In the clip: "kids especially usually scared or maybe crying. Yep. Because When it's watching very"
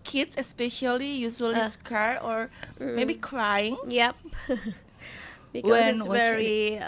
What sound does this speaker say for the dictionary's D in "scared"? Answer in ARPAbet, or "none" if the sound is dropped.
none